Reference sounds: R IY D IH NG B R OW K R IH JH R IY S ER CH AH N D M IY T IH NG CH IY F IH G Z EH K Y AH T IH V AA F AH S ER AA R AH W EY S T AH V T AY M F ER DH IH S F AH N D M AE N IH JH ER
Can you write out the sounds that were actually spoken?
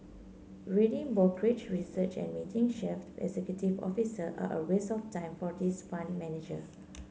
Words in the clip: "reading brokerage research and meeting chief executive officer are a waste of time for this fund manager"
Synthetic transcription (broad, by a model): R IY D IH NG B OW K R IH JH R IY S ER CH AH N M IY T IH NG SH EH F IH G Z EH K Y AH T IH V AA F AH S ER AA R AH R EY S AH F T AY M F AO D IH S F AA N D M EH N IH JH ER